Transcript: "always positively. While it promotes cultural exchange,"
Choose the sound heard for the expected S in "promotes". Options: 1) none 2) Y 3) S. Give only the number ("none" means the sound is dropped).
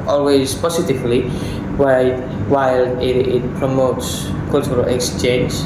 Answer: 3